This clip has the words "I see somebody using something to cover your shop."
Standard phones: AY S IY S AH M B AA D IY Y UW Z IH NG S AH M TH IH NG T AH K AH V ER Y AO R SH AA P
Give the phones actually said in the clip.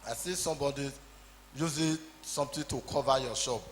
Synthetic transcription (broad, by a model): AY S IY S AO M B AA D IY Y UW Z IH S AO M T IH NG T AH K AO V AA Y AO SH AA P